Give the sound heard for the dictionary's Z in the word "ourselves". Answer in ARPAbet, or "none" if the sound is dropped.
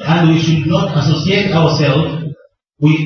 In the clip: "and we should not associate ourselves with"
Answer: none